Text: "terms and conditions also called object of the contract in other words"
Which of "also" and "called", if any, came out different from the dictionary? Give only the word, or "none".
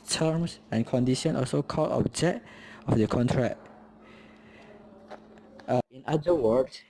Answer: called